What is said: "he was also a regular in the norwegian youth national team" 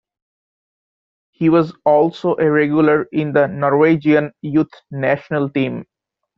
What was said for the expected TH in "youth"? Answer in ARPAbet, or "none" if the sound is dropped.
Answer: T